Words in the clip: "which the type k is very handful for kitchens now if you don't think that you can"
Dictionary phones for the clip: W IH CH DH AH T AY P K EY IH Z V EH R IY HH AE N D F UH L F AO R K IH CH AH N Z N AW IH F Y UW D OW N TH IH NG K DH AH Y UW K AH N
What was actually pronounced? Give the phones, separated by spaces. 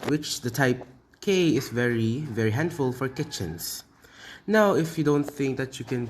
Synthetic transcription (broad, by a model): W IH CH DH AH T AY P K EY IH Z V EH R IY HH AE N D F UH L F AO R K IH CH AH N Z N AW IH F Y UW D OW N TH IH NG K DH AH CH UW K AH N